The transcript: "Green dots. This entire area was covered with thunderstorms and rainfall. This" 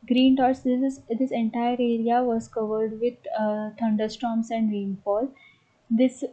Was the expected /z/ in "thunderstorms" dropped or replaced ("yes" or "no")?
yes